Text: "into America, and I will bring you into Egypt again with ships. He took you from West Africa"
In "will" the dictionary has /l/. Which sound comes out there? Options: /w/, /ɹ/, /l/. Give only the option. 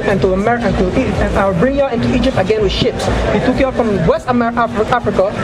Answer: /w/